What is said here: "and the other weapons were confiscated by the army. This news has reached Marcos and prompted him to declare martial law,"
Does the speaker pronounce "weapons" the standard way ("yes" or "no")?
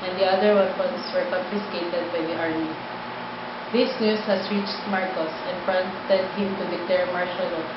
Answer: no